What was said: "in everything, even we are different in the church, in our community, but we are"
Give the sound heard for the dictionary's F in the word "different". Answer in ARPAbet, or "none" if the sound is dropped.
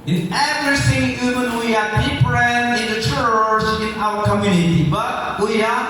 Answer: P